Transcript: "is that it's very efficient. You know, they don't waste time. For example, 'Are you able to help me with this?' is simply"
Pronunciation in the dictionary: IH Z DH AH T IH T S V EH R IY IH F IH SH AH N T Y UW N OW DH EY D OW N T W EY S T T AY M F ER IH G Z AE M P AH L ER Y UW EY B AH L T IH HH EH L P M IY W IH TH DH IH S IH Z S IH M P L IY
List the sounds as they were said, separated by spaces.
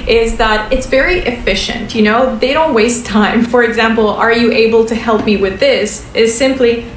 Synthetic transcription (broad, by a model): IH Z DH AH T IH T S V EH R IY IH F IH SH AH N T Y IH N OW DH EY D OW N T W EY S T T AY M F ER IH G Z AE M P L ER Y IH EY B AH L T IH HH EH L P M IY W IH DH IH S IH Z S IH M P L IY